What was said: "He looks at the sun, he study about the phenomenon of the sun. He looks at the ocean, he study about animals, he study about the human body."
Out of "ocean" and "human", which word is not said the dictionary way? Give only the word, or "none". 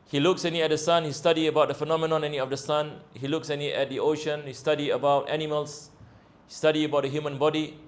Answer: none